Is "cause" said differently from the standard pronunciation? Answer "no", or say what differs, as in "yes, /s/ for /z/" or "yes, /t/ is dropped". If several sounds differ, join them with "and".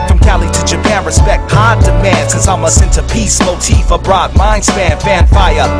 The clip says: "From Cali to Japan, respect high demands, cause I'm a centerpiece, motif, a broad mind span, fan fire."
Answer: yes, /z/ is dropped